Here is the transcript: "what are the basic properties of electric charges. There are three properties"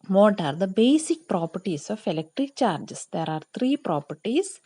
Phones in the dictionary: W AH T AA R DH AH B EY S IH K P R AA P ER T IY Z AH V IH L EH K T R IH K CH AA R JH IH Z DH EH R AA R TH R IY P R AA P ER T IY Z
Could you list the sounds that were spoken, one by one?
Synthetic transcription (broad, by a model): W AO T AA R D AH B EY S IH K P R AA P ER T IY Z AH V IH L EH K T R IH K CH AA R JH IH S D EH R AA R T R IY P R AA P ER T IY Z